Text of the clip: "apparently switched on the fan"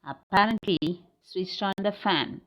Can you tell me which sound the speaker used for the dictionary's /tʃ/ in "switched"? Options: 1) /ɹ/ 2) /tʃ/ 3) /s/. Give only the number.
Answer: 3